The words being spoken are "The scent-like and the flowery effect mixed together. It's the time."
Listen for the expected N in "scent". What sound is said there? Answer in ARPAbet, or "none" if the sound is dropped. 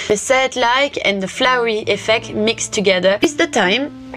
none